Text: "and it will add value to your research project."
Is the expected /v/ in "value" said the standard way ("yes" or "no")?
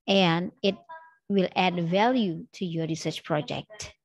yes